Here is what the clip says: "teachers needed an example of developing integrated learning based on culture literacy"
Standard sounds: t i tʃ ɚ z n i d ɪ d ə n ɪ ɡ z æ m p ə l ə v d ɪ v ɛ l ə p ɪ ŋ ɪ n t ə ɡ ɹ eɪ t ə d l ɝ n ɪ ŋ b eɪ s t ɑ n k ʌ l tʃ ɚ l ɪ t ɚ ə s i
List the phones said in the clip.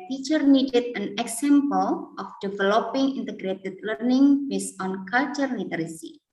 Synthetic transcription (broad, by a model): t i tʃ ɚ n i d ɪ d ə n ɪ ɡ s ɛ m p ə l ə f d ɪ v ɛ l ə p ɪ ŋ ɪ n t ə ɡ ɹ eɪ t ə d l ɝ n ɪ ŋ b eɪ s ɑ n k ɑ l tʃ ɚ l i t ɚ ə s i